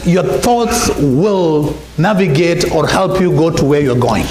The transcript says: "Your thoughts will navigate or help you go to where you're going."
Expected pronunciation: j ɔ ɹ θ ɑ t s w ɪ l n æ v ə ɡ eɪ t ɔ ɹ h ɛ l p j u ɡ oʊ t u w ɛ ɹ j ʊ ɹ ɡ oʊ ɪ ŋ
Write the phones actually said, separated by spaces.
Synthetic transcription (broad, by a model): j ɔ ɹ θ ɑ t s w ɪ l n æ v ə ɡ eɪ t ɔ ɹ h ɛ l p j u ɡ oʊ t u w ɛ ɹ j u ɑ ɡ oʊ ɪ ŋ